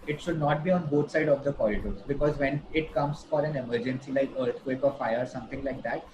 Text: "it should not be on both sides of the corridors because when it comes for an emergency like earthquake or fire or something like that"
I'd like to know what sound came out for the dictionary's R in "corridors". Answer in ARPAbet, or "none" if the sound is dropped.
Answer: L